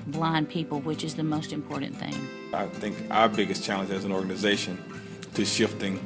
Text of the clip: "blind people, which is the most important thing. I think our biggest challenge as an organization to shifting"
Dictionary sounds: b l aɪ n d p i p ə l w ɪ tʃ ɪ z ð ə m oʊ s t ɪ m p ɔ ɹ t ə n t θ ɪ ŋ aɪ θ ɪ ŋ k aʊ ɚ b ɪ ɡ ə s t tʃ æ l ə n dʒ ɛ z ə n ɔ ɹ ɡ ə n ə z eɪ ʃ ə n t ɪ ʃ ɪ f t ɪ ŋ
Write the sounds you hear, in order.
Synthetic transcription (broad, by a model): b l aɪ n p i p l w ɪ tʃ ɪ z ð ə m oʊ s t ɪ m p ɔ ɹ t n θ ɪ ŋ aɪ θ ɪ ŋ k aʊ ɚ b ɪ ɡ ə s tʃ æ l ə n dʒ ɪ z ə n ɔ ɹ ɡ ə n ə z eɪ ʃ ə n t ɪ ʃ ɪ f t ɪ ŋ